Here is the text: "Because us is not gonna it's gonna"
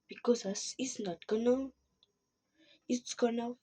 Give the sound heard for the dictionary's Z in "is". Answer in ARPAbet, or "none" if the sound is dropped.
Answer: S